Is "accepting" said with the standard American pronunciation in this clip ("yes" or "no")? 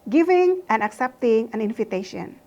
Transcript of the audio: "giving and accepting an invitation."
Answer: yes